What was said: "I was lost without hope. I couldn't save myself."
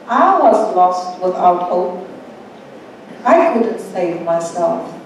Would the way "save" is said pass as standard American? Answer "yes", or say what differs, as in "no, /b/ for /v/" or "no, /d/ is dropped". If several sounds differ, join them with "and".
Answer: yes